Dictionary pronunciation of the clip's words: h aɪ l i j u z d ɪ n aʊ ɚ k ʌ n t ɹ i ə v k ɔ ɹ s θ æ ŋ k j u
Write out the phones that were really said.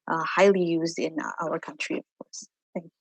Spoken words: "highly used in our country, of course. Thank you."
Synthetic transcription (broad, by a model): h aɪ l i j u z d ɪ n aʊ ɚ k ʌ n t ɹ i ə v k ɔ ɹ s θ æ ŋ k j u